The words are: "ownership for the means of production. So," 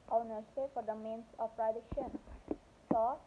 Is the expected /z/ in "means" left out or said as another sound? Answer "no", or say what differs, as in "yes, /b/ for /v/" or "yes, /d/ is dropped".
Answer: yes, /s/ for /z/